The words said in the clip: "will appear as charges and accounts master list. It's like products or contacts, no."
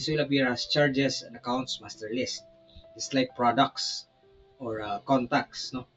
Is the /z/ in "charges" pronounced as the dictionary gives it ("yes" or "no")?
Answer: no